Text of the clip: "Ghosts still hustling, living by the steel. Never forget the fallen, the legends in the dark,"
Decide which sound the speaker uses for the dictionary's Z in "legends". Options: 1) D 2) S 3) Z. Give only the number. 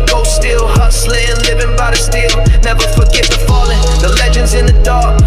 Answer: 3